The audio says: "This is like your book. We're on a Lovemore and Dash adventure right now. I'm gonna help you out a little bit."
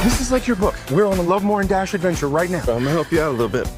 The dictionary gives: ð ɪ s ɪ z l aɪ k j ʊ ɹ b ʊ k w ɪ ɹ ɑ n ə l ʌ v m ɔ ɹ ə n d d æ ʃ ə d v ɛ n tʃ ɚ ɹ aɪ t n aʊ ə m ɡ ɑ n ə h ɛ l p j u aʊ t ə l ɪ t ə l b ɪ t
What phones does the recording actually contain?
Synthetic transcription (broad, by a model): ð ɪ s ɪ z l aɪ k j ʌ ɹ b ʊ k w ɪ ɹ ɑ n ə l ʌ v m ɔ ɹ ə n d d æ ʃ ə d v ɛ n tʃ ɚ ɹ aɪ t n aʊ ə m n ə h ɛ l p j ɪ aʊ t ə l ɪ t l b ɪ t